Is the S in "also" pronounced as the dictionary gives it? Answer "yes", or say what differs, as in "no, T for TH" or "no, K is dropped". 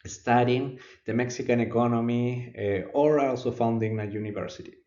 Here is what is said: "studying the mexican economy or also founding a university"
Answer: yes